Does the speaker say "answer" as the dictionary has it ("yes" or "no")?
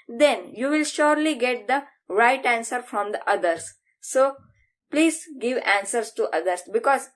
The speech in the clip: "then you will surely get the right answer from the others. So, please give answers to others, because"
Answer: yes